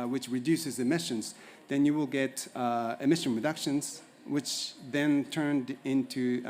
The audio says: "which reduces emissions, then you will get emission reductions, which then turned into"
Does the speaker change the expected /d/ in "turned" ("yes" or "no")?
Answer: no